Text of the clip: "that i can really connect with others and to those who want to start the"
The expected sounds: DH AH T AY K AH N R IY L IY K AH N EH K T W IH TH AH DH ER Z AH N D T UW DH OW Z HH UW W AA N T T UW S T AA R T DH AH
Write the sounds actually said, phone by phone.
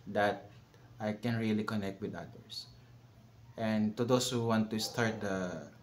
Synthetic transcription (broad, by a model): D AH T AY K AH N R IY L IY K AH N EH K T W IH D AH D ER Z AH N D T UW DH OW S HH UW W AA N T T UW S T AA R T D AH